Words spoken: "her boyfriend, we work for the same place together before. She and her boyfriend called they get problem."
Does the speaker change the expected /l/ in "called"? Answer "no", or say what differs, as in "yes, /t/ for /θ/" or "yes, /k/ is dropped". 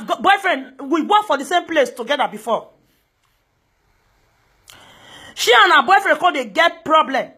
yes, /l/ is dropped